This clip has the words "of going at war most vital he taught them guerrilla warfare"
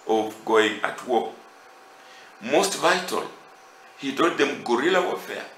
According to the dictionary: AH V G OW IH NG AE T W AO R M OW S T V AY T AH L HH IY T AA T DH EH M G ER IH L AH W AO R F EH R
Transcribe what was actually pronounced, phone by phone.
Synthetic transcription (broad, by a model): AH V G OW IH NG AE T W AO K M OW S T V AY T AH L HH IY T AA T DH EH M G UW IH L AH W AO F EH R